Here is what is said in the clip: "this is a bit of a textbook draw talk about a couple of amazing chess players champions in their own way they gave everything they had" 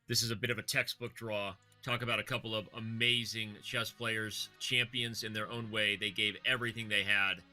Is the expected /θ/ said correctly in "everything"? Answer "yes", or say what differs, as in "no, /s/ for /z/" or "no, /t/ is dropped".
yes